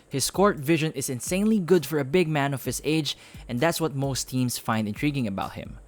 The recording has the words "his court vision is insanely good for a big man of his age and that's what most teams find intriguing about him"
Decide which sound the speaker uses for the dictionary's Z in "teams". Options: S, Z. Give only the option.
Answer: S